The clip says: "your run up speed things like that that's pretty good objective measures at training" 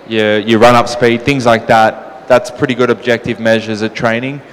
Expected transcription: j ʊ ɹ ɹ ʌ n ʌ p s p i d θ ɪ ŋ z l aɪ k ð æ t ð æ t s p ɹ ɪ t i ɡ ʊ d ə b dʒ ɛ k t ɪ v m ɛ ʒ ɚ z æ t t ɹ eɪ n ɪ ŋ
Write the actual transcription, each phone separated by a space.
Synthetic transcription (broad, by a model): j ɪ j ɹ ʌ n ʌ p s p i d θ ɪ ŋ z l aɪ k ð æ t ð æ t s p ɹ ɪ t i ɡ ʊ d ə b dʒ ɛ k t ɪ v m ɛ ʒ ɚ z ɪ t t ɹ eɪ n ɪ ŋ